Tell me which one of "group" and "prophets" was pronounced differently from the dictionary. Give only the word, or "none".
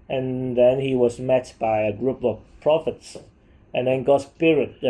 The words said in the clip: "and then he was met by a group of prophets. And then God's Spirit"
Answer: none